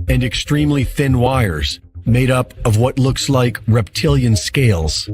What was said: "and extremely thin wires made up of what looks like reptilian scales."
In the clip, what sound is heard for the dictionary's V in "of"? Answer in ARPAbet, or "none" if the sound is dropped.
V